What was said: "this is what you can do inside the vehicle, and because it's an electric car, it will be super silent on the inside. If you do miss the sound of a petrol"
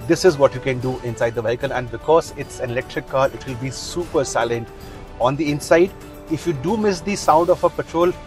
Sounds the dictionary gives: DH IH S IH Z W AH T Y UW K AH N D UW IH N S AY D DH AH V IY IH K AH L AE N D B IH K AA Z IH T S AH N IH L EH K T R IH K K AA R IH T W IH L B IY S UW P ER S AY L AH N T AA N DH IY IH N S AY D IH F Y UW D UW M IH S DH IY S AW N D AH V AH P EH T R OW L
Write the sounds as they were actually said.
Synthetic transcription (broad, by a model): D IH S IH Z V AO T Y UW K AH N D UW IH N S AY D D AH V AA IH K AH N AE N D B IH K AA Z IH T S AH N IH L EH K T R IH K K AA R IH T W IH L B IY S UW P ER S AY L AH N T AA N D IY IH N S AY D IH F Y UW D UW M IH S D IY S AW N D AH F AH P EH T R OW L